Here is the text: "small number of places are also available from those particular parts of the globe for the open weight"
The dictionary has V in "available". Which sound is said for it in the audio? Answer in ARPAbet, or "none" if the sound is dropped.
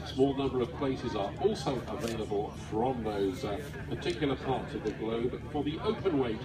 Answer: V